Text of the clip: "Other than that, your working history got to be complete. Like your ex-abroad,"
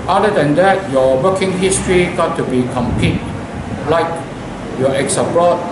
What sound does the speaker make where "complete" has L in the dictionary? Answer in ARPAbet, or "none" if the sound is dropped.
none